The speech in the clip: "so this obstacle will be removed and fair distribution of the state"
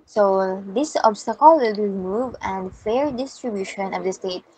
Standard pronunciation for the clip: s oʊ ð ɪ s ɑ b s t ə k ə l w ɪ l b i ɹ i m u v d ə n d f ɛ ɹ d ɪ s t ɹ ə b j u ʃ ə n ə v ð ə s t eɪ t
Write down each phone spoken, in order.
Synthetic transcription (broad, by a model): s oʊ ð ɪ s ɑ b s t ə k ə l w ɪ l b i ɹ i m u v ə n d f ɛ ɹ d ɪ s t ɹ ə b j u ʃ ə n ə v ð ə s t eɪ t